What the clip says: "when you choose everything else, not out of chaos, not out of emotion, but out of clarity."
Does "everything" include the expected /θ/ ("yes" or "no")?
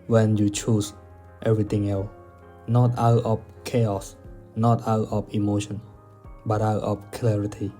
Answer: no